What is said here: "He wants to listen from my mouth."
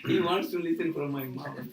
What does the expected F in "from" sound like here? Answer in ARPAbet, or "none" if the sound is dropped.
P